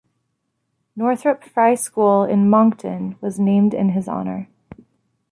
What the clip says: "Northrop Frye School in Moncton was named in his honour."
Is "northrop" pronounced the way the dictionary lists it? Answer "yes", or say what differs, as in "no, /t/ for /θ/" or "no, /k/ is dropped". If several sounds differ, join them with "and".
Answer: yes